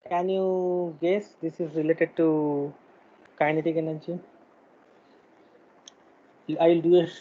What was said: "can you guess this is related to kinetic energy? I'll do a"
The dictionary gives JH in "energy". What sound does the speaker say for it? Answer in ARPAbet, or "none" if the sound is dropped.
CH